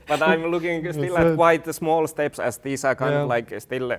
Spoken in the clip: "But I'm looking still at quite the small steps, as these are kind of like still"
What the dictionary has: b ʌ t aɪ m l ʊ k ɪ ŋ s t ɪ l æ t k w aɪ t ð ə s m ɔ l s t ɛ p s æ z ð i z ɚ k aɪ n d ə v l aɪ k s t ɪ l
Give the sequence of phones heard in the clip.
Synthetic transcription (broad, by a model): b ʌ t aɪ m l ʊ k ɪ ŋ s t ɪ l æ t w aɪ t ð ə s m ɔ l s t ɛ p s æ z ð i s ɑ k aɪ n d l aɪ k s t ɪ l